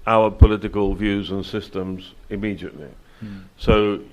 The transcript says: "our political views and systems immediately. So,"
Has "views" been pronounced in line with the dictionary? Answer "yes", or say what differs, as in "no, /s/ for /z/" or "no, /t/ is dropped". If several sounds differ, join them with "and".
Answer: yes